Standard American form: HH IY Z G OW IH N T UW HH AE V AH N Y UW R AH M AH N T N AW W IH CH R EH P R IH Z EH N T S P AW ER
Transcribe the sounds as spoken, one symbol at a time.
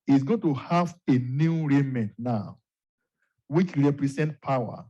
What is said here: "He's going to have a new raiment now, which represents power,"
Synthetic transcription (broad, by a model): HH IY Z G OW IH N T UW HH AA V AH N Y UW R AH M AH N T N AW W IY CH R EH P R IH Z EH N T P AW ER